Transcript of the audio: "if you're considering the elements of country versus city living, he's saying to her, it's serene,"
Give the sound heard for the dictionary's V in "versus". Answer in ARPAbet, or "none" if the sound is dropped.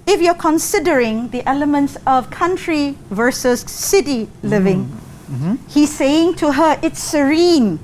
V